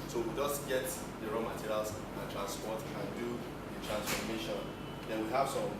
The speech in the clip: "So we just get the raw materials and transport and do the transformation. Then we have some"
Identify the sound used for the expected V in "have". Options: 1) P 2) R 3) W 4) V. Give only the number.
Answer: 1